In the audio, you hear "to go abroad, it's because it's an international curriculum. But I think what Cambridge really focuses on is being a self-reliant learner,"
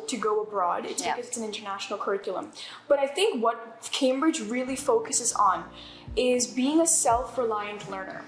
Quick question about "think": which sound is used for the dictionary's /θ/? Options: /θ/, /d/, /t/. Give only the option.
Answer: /θ/